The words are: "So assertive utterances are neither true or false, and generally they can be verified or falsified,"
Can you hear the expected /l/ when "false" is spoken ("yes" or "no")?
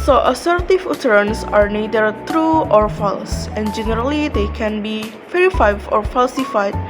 yes